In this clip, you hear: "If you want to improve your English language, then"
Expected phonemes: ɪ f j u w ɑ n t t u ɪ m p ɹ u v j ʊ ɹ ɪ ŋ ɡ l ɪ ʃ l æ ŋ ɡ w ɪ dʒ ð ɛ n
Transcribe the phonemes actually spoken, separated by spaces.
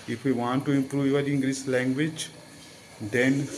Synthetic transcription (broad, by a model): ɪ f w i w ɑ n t t u ɪ m p ɹ u v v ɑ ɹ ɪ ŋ ɡ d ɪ s l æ ŋ ɡ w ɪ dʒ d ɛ n